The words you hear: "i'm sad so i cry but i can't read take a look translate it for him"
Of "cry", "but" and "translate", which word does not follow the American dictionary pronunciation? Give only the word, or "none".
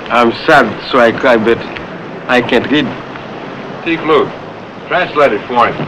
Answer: cry